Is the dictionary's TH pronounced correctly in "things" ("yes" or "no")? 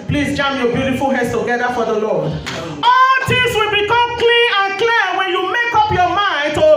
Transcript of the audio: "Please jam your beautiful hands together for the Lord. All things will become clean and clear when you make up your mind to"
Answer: no